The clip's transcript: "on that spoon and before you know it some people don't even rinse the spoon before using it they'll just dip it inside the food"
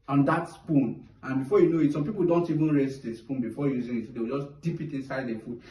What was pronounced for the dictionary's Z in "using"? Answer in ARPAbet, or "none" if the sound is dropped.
Z